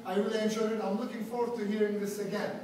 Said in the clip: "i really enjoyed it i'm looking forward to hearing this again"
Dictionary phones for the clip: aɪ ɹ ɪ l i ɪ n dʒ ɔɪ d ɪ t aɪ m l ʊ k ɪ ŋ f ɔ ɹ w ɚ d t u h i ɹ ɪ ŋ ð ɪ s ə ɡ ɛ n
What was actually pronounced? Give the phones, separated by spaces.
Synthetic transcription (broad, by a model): aɪ w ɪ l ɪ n ʃ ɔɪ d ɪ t aɪ m l ʊ k ɪ ŋ f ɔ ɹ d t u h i ɹ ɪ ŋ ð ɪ s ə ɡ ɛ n